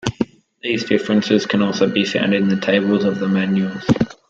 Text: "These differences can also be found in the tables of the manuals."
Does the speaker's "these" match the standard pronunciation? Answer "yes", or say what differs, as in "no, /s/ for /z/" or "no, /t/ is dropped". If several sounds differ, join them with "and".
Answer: yes